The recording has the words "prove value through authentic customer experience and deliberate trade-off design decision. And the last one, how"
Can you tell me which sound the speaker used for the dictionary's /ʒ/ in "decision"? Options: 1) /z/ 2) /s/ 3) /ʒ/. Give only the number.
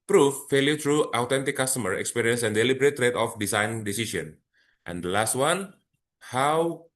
2